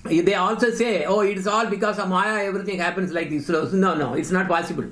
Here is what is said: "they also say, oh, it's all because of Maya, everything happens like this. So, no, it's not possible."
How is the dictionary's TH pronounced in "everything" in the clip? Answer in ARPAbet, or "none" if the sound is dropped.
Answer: T